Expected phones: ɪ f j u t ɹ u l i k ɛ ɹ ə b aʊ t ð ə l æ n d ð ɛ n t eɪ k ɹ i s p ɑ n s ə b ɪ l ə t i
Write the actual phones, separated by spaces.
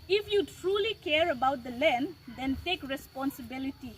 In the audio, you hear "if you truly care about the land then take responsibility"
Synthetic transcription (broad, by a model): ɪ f j u t ɹ u l i k ɛ ɹ ə b aʊ t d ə l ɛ n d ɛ n t eɪ k ɹ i s p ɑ n s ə b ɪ l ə t i